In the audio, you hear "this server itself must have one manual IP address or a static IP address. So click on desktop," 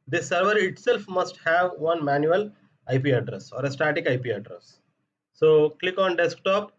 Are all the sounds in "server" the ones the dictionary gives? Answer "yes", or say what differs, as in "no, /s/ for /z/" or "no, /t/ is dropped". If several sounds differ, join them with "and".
yes